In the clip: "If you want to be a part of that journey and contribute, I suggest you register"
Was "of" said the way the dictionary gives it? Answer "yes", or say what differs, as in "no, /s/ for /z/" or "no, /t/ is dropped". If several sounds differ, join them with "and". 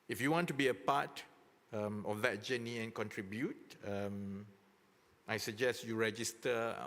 no, /f/ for /v/